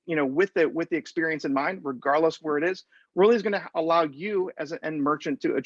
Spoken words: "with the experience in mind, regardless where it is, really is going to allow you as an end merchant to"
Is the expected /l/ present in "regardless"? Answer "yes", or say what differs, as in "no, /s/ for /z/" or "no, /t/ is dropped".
yes